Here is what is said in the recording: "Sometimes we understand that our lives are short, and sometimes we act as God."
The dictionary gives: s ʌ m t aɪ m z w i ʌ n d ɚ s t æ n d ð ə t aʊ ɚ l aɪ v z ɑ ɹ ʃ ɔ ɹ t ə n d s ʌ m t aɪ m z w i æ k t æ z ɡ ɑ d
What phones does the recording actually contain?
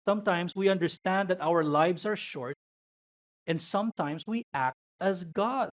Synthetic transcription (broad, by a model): s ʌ m t aɪ m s w i ʌ n d ɚ s t æ n d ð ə t aʊ ɚ l aɪ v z ɑ ɹ ʃ ɔ ɹ t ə n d s ʌ m t aɪ m s w i æ k t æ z ɡ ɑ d